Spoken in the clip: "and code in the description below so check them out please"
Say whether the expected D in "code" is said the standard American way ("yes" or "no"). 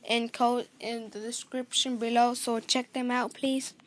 no